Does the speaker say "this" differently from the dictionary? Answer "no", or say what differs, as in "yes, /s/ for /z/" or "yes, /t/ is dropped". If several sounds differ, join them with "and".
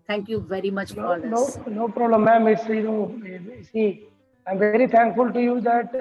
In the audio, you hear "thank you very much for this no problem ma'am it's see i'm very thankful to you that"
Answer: yes, /s/ is dropped